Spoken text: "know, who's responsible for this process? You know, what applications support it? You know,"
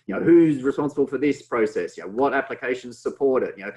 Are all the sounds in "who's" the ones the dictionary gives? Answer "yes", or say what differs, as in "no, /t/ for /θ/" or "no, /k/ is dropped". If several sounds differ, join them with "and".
yes